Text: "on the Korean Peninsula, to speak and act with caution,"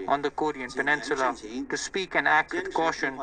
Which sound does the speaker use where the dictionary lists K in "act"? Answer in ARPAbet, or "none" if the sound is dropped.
K